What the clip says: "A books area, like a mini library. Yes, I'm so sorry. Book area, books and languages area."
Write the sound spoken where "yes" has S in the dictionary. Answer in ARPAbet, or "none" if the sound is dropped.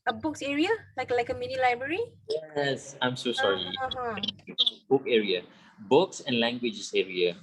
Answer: S